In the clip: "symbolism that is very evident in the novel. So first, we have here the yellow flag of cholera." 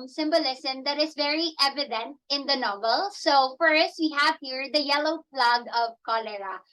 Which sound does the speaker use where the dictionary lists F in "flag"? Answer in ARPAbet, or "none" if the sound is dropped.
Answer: P